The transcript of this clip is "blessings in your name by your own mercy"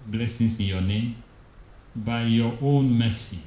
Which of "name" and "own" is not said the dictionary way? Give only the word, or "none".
none